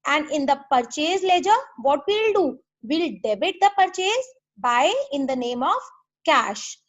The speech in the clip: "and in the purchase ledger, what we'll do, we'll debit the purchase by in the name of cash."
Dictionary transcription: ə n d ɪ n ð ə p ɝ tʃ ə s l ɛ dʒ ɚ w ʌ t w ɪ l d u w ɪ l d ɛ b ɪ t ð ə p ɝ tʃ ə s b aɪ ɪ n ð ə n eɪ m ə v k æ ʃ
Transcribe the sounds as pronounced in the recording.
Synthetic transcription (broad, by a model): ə n d ɪ n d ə p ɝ tʃ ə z l ɛ dʒ ɚ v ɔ t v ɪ l d u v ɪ l d ɛ b ɪ t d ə p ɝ tʃ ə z b aɪ ɪ n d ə n eɪ m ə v k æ ʃ